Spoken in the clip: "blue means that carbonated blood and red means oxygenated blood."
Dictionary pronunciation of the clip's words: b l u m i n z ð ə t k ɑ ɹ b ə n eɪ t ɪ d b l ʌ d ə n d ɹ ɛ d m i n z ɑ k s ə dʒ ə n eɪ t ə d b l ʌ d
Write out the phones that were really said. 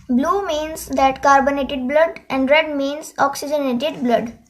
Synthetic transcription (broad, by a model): b l u m i n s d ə t k ɑ ɹ b ə n eɪ t ɪ d b l ʌ d ə n d ɹ ɛ d m i n s ɑ k s ə dʒ ə n eɪ t ə d b l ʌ d